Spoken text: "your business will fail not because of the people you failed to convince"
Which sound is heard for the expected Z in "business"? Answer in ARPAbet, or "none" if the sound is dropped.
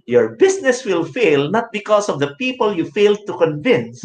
S